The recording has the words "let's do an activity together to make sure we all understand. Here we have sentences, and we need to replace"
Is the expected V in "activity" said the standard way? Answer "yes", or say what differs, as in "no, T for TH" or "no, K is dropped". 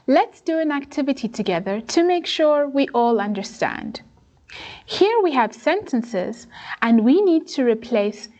yes